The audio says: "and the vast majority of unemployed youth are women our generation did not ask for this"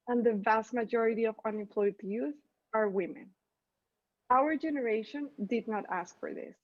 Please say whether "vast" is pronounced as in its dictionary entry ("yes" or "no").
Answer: yes